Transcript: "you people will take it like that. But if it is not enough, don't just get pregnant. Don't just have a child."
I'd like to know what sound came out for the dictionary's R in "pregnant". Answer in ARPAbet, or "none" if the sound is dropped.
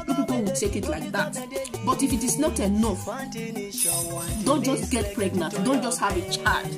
R